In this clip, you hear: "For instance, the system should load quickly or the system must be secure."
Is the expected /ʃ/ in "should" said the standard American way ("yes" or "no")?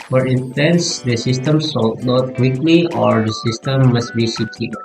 no